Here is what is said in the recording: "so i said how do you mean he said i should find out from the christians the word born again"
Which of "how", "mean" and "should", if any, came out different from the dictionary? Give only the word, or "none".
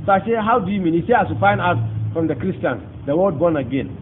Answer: should